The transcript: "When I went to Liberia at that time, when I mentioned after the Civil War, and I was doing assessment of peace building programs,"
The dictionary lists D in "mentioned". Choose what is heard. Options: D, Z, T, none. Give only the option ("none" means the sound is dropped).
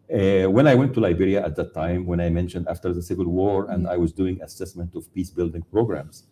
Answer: D